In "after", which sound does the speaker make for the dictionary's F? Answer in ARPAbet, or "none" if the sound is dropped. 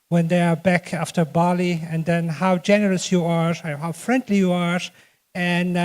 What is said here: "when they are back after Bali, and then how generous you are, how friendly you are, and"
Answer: F